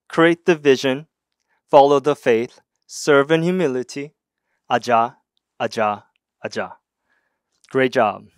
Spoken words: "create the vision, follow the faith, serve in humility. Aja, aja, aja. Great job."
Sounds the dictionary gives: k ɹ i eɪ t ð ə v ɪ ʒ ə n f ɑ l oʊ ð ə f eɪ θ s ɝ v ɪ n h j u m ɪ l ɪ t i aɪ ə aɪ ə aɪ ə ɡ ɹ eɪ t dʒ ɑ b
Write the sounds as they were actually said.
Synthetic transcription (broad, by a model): k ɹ i eɪ t ð ə v ɪ ʒ ə n f ɑ l oʊ ð ə f eɪ θ s ɝ v ɪ n j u m ɪ l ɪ t i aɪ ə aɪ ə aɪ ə ɡ ɹ eɪ t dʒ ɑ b